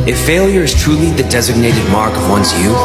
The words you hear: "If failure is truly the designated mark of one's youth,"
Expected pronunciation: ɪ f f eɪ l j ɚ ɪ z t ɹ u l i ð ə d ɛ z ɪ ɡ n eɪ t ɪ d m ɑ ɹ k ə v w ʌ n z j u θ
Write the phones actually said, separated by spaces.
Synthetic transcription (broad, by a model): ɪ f f eɪ l j ɚ ɪ z t ɹ u l i ð ə d ɛ z ɪ ɡ n eɪ t ɪ d m ɑ ɹ k ə v w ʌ n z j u